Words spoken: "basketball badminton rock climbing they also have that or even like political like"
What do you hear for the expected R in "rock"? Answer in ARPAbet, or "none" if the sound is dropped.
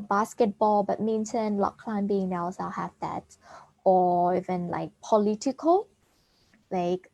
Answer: L